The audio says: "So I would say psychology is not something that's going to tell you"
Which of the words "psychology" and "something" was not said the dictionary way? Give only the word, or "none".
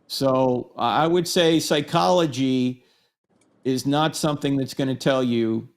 none